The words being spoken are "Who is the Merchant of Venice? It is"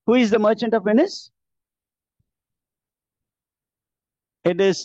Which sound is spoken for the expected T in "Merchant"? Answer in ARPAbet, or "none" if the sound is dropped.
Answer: T